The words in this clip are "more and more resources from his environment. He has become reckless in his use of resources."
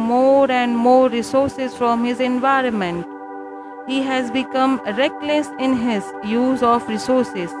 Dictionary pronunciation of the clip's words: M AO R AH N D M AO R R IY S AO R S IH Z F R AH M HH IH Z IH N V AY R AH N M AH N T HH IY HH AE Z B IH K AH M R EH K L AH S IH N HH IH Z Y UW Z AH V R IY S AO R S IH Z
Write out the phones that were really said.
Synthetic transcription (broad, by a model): M AO R AH N D M AO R R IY S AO R S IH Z F R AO M HH IH Z IH N V AY R AH N M AH N T HH IY HH AE Z B IH K AH M R EH K L AH S IH N HH IH Z Y UW Z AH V R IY S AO R S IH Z